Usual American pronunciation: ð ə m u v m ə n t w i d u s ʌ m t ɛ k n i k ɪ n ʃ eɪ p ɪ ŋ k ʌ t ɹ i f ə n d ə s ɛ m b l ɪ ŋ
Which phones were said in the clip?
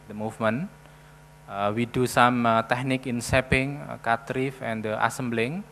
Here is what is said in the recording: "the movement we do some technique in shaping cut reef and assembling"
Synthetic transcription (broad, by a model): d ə m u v m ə n w i d u s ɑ m t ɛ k n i k ɪ n s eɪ p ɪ ŋ k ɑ t ɹ i f ə n d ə s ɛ m b l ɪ ŋ